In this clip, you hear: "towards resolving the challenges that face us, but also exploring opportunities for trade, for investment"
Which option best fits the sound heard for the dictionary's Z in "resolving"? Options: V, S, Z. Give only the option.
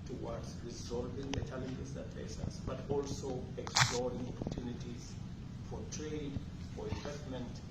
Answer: Z